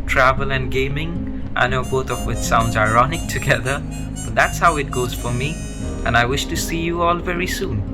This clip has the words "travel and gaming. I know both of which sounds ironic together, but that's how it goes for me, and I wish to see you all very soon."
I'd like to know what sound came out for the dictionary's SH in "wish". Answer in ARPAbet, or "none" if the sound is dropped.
SH